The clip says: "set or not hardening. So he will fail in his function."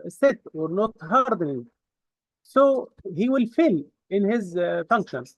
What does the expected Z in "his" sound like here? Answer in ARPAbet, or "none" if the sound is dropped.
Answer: Z